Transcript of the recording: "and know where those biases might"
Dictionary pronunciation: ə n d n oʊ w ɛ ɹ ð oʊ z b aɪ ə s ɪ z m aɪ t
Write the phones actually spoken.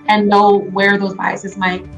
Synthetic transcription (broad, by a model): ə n n oʊ w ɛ ɹ ð oʊ z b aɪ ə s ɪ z m aɪ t